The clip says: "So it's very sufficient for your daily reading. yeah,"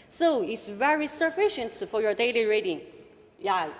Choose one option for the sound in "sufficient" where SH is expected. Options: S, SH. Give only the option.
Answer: SH